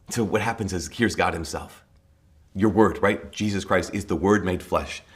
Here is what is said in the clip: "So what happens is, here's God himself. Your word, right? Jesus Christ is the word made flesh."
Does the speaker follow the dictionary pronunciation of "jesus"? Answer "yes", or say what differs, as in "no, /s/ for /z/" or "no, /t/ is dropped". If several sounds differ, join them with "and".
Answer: yes